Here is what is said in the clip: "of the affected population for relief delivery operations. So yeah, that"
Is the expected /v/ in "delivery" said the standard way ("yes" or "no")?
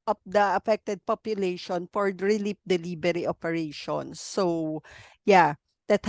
no